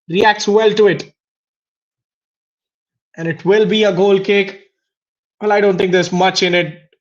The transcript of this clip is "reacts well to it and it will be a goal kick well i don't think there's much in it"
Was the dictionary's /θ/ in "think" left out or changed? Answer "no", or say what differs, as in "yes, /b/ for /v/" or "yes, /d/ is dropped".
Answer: yes, /t/ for /θ/